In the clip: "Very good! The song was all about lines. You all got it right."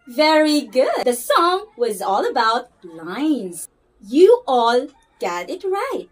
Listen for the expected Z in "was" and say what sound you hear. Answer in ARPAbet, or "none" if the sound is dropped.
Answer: Z